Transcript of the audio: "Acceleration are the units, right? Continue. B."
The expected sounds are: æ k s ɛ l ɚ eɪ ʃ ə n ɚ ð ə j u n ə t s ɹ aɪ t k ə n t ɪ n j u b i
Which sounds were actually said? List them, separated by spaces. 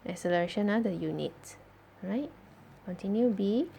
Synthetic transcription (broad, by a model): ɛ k s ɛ l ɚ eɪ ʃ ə n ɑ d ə j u n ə t ɹ aɪ t k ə n t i n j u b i